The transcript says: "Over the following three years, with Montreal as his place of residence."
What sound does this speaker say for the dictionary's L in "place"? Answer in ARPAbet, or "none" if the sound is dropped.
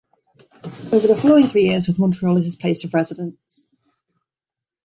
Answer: none